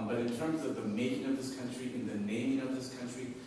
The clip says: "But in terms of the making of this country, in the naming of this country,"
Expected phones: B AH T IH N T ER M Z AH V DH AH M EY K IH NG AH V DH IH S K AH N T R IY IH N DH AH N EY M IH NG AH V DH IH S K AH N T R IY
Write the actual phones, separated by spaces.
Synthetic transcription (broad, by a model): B AH T IH N T ER M Z AH V DH AH M EY K IH NG AH V DH IH S K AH N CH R IY IH N DH AH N EY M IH NG AH V DH IH S K AH N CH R IY